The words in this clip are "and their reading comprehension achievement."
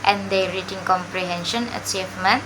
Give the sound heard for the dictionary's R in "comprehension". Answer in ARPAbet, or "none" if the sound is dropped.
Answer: R